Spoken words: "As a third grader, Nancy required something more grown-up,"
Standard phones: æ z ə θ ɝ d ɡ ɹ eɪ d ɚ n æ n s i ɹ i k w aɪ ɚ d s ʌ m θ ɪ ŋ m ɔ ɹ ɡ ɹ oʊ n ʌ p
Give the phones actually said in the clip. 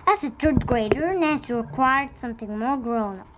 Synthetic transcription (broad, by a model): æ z ə t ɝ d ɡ ɹ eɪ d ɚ n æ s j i ɹ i k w aɪ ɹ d s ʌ m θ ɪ ŋ m ɔ ɹ ɡ ɹ oʊ n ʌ